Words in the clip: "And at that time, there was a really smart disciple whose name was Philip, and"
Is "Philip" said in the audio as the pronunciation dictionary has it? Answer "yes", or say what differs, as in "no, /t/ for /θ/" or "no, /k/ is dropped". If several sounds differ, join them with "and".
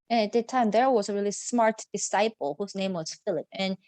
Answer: yes